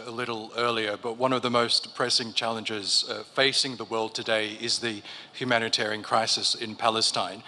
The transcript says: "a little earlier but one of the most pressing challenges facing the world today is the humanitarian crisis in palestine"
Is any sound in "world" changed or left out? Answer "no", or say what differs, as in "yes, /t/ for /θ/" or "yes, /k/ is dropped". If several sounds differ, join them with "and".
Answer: no